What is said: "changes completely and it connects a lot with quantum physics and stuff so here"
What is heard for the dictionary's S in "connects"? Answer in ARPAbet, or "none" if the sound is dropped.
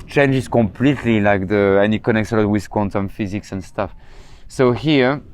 S